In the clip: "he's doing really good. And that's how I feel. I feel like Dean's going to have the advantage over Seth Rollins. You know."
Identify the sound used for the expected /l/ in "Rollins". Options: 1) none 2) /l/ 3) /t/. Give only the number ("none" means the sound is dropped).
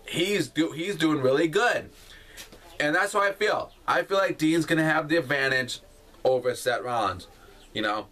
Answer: 1